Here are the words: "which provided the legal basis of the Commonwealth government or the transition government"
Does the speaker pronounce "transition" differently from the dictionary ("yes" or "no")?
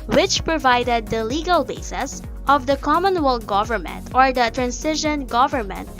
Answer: yes